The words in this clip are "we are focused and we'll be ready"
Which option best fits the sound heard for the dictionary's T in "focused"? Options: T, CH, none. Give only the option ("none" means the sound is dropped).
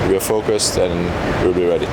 T